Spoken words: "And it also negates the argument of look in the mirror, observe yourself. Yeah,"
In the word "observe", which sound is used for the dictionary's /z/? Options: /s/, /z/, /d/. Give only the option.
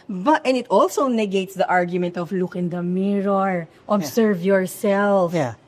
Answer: /s/